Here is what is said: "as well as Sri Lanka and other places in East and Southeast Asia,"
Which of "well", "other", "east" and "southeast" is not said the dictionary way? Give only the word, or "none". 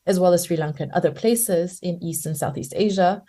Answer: none